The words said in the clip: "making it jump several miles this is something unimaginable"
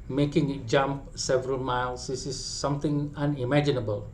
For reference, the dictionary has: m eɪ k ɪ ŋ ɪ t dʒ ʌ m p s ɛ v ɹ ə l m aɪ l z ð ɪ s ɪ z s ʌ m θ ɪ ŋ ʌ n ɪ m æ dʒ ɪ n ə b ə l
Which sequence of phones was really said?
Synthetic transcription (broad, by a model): m eɪ k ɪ ŋ ɪ t dʒ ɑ m p s ɛ v ɹ ə l m aɪ l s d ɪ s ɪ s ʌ m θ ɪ ŋ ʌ n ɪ m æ dʒ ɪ n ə b ə l